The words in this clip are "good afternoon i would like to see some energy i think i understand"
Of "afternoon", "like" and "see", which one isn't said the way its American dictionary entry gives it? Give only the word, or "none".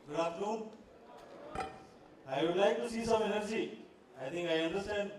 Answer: afternoon